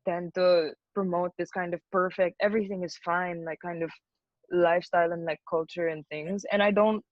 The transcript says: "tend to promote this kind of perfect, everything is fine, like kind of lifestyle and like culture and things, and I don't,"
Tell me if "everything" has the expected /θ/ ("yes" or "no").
yes